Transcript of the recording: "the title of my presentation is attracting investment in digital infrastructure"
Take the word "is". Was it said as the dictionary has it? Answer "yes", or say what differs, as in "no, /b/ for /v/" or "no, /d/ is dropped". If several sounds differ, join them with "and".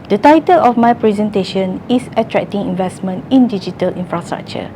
no, /s/ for /z/